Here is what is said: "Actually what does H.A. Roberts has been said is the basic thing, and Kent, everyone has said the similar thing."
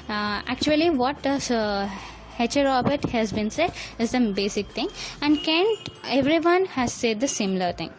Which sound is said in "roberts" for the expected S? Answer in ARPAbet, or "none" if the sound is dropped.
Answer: none